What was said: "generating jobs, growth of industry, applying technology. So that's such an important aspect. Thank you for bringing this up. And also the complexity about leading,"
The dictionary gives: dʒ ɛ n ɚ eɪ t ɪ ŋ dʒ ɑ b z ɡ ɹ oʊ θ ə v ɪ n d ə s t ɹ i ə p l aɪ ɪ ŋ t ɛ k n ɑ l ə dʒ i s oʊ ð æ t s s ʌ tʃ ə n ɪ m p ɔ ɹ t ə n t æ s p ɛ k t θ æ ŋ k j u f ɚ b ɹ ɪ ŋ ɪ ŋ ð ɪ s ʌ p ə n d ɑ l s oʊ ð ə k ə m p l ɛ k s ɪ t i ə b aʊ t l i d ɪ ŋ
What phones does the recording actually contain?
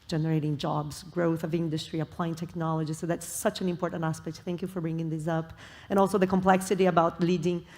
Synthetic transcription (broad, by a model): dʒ ɛ n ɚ eɪ t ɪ ŋ dʒ ɑ b z ɡ ɹ oʊ θ ə v ɪ n d ə s t ɹ i ə p l aɪ ɪ ŋ t ɛ k n ɑ l ə dʒ i s oʊ ð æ t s s ʌ tʃ ə n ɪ m p ɔ ɹ t n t æ s p ɛ k t θ æ ŋ k j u f ɚ b ɹ ɪ ŋ ɪ ŋ ð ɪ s ʌ p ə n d ɑ l s oʊ ð ə k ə m p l ɛ k s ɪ t i ə b aʊ t l i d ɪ ŋ